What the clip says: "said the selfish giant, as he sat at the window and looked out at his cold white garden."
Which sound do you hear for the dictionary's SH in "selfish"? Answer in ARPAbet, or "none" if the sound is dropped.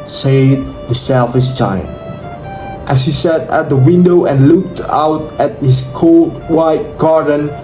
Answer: S